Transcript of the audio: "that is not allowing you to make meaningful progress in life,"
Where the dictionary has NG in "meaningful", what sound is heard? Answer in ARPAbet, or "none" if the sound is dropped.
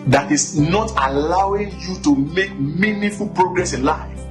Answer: none